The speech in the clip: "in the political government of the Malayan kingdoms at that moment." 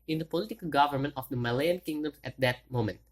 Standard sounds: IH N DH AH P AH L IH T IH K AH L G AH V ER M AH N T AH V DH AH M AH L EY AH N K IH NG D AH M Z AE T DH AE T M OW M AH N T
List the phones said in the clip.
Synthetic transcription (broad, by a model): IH N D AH P AH L IH T IH K AH L G AH V ER M AH N T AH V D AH M AH L EY AH N K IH NG D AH M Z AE T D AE T M OW M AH N T